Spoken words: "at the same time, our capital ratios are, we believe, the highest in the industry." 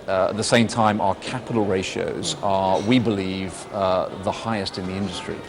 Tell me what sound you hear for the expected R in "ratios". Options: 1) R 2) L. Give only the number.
1